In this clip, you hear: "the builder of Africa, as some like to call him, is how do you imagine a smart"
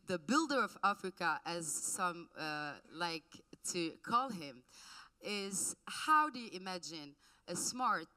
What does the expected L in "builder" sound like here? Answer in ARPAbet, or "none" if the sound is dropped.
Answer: L